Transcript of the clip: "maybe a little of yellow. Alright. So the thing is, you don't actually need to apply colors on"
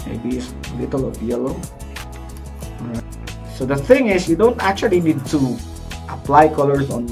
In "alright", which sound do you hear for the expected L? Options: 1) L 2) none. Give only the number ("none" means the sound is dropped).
2